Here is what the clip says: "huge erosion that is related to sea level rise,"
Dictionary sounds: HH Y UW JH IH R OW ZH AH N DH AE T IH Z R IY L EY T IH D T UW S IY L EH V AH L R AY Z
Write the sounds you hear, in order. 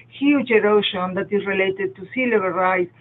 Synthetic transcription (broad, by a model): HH Y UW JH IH R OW SH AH N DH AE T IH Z R IY L EY T IH D T UW S IY L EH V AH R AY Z